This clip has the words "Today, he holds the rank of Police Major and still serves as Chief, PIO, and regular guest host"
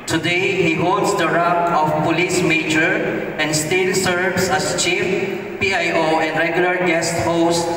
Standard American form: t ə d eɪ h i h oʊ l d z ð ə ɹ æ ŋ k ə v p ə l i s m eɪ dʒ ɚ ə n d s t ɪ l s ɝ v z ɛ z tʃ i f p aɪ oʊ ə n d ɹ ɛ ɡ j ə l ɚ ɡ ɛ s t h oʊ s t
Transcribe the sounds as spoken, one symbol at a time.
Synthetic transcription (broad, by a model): t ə d eɪ h i h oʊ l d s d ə ɹ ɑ k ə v p ə l i s m eɪ dʒ ɚ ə n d s t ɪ l s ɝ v s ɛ s tʃ i f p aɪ oʊ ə n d ɹ ɛ ɡ j ə l ɚ ɡ ɛ s t h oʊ s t